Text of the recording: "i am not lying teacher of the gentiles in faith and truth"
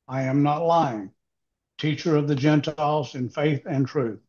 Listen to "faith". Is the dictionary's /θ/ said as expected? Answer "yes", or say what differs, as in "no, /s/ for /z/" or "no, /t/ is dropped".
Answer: yes